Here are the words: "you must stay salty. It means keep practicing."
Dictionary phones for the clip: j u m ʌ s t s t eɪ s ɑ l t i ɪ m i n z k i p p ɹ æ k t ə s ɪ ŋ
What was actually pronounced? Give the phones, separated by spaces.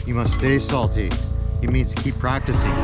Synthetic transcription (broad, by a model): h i m ʌ s t s t eɪ s ɑ l t i ɪ m i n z k i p p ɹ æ k t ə s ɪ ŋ